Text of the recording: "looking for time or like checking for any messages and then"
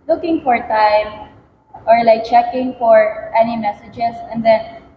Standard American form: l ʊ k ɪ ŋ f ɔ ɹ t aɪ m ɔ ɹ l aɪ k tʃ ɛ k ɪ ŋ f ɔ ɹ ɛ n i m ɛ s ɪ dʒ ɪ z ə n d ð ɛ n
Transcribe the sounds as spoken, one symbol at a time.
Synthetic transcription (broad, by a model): l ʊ k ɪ ŋ f ɔ ɹ t aɪ m ɔ ɹ l aɪ k tʃ ɛ k ɪ ŋ f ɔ ɹ ɛ n i m ɛ s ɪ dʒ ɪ s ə n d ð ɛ n